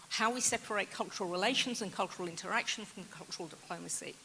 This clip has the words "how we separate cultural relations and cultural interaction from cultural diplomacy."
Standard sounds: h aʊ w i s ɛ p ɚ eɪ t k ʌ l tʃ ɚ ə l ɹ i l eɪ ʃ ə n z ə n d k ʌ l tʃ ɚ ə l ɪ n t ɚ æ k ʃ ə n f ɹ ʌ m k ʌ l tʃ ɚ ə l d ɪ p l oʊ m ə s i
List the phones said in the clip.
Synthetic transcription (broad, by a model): h aʊ w i s ɛ p ɚ eɪ t k ʌ l tʃ ɚ ə l ɹ i l eɪ ʃ ə n z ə n k ʌ l tʃ ɚ ə l ɪ n t ɚ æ k ʃ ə n f ɹ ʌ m k ʌ l tʃ ɚ ə l d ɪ p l oʊ m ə s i